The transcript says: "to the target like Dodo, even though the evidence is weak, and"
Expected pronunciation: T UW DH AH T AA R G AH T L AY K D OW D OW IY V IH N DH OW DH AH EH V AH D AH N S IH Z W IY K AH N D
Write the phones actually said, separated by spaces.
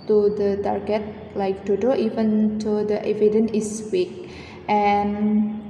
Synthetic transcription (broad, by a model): T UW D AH T AA R G AH T L AY K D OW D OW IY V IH N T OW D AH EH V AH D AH N IH S W IY K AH N